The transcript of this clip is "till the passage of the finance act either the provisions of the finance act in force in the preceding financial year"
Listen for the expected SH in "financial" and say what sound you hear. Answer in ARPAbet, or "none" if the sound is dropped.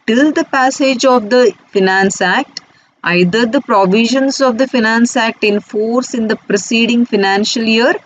SH